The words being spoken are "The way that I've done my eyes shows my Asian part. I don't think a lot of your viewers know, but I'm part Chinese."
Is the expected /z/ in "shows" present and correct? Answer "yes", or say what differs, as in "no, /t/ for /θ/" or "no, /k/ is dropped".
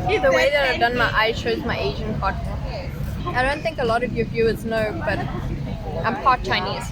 yes